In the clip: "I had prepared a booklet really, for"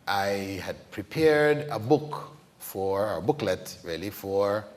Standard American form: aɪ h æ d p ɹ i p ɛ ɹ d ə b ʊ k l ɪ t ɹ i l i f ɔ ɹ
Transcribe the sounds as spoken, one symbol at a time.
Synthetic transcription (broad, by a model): aɪ h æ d p ɹ i p ɛ ɹ d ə b ʊ k l ɪ t ɹ i l i f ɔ ɹ